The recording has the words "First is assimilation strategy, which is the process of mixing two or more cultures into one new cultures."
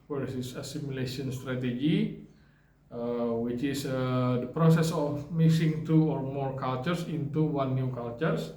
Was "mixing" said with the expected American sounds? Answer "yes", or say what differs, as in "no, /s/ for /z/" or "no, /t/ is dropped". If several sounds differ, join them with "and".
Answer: no, /k/ is dropped